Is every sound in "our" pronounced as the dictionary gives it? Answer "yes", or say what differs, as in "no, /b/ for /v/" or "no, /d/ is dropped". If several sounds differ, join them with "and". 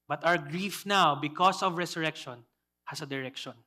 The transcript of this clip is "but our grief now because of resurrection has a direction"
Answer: no, /w/ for /ɹ/